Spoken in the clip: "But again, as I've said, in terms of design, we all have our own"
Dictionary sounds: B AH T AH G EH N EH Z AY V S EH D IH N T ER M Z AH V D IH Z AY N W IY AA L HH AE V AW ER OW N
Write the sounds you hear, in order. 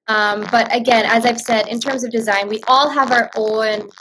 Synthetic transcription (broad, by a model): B AH T AH G EH N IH Z AY V S EH D IH N T ER M Z AH V D IH Z AY N W IY AA L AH V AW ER OW N